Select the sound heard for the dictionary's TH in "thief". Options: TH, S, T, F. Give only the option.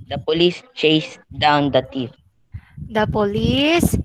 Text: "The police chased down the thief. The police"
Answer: T